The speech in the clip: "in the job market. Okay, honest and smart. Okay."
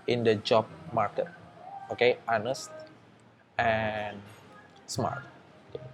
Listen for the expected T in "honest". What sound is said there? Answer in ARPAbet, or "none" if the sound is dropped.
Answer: T